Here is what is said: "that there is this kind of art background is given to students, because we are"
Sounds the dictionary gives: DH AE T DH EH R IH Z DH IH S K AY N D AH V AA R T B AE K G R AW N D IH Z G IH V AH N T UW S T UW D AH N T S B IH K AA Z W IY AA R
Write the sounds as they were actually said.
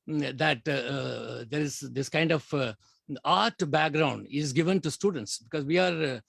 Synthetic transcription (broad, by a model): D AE T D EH R IH Z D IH S K AY N D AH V AA R T B AE K G R AW N D IH Z G IH V AH N T UW S T UW D AH N T S B IH K AA Z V IY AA R